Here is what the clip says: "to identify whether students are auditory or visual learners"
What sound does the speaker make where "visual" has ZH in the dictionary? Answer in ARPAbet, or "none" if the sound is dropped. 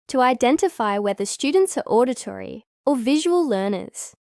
ZH